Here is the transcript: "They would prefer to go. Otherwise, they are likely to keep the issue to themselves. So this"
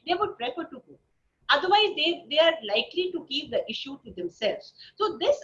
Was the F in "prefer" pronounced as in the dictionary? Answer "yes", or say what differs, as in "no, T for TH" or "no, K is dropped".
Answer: no, P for F